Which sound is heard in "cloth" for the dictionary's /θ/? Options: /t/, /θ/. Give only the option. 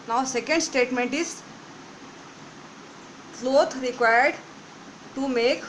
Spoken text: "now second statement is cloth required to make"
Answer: /t/